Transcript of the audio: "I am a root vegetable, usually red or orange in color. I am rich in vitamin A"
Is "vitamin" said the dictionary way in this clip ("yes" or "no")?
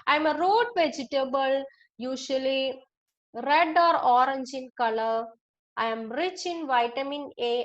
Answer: yes